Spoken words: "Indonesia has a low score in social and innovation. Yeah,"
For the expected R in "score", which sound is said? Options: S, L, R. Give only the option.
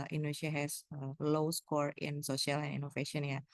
R